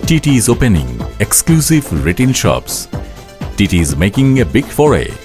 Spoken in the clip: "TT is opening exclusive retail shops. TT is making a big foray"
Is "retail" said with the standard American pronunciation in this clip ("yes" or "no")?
no